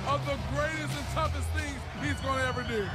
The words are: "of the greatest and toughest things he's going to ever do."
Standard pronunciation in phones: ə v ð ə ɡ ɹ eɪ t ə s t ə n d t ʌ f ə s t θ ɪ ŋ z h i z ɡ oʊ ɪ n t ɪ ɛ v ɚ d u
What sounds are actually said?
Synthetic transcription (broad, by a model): ə v ð ə ɡ ɹ eɪ t ə s t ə n t ʌ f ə s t θ ɪ ŋ z h i z ɡ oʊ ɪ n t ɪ ɛ v ɚ d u